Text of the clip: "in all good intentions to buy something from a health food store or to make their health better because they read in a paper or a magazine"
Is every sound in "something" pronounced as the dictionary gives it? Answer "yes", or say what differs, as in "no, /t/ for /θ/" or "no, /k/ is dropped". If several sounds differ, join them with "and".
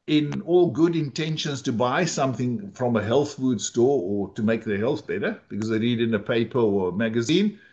yes